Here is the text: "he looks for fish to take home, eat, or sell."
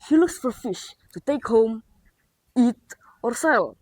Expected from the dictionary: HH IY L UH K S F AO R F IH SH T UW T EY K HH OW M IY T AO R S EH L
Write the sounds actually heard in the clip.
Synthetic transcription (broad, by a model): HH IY L UH K S F AO R F IH SH T UW T EY K HH OW M IY T AO R S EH L